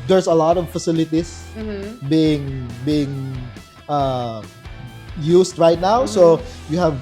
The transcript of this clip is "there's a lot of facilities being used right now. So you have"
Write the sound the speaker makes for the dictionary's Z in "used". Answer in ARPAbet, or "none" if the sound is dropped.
S